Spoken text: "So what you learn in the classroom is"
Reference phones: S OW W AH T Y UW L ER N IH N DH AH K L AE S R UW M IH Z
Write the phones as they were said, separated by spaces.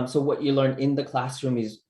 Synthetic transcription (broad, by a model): S OW W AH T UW L ER N IH N DH AH K L AE S R UW M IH Z